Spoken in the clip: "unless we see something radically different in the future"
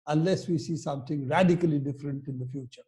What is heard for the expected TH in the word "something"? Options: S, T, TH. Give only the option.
T